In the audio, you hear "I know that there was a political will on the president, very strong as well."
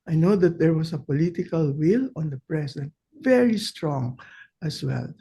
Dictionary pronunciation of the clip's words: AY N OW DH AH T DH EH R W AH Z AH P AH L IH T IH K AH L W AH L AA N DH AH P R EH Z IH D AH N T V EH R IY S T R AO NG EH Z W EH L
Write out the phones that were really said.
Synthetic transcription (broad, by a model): AY N OW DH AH T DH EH R W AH S AH P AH L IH T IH K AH L W AH L AA N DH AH P R EH S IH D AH N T V EH R IY S T R AO NG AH S W EH L